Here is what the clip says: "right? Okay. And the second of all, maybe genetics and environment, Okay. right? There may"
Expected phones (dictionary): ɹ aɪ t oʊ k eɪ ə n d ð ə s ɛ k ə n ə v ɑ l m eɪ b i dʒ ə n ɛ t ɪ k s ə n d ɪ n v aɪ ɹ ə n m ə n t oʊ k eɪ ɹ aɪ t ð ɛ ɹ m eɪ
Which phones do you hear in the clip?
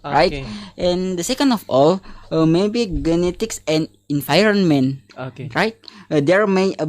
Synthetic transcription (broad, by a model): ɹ aɪ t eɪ ə n d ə s ɛ k ə n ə f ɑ l m eɪ b i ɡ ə n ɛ t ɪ k s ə n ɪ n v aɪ ɹ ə n m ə n oʊ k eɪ ɹ aɪ t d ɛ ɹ m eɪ